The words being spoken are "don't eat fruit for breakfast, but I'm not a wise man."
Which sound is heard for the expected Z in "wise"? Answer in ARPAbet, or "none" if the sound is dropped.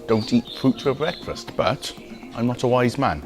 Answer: Z